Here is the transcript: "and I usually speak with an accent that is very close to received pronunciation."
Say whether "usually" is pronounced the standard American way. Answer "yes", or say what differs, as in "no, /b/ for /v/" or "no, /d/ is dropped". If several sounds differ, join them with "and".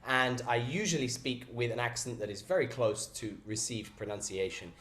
yes